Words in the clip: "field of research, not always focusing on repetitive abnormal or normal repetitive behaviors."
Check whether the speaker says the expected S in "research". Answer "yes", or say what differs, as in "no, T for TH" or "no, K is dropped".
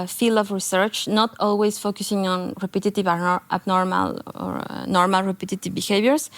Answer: yes